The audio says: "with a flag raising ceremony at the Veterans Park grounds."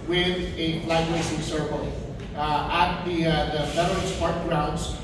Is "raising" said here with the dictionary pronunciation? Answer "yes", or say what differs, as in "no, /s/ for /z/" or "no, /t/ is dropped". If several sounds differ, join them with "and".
no, /s/ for /z/